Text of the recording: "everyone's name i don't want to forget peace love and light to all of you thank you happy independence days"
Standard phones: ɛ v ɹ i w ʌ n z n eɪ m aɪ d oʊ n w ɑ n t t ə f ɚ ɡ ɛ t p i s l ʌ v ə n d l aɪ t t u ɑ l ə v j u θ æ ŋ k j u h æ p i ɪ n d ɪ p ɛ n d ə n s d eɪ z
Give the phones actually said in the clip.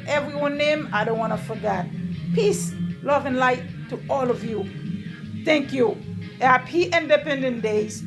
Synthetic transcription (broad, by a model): ɛ v ɹ i w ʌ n n eɪ m aɪ d oʊ n w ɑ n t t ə f ɚ ɡ ɛ t p i s l ʌ v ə n l aɪ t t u ɑ l ə v j u θ æ ŋ k j u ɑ p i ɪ n d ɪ p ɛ n d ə n d eɪ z